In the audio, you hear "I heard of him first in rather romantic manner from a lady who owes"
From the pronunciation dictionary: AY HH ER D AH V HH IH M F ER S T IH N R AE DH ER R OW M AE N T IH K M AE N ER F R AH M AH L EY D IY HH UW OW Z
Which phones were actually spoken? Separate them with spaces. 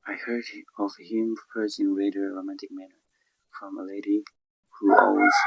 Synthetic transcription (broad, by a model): AY HH ER D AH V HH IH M P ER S IH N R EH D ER R OW M AE N T IH K M AE N ER F R AH M AH L EY D IY HH UW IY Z